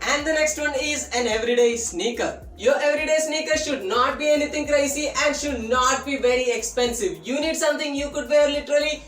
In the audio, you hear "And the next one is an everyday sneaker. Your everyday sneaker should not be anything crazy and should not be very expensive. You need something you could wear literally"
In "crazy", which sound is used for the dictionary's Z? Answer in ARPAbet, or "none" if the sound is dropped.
S